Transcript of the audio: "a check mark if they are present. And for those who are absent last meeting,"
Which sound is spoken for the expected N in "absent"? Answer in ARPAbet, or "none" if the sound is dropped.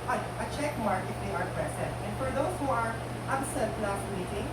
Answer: none